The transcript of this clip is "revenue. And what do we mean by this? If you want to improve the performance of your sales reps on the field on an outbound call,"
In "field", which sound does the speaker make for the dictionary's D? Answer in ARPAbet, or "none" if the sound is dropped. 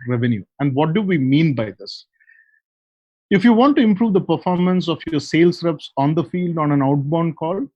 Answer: D